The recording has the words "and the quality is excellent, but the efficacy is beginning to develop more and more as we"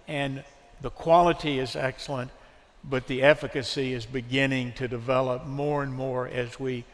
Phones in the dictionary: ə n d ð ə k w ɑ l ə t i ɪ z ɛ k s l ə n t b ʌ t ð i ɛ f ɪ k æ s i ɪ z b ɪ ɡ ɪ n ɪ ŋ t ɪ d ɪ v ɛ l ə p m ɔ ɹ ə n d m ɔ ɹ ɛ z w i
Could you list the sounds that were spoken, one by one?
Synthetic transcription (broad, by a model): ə n ð ə k w ɑ l ə t i ɪ z ɛ k s l ə n t b ʌ t ð i ɛ f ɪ k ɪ s i ɪ z b ɪ ɡ ɪ n ɪ ŋ t ɪ d ɪ v ɛ l ə p m ɔ ɹ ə n m ɔ ɹ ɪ z w i